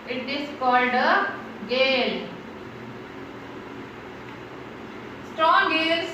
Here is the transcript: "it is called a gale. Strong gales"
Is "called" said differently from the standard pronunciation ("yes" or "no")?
no